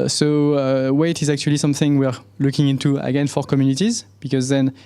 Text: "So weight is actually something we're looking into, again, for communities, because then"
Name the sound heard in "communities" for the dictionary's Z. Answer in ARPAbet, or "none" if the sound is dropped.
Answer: Z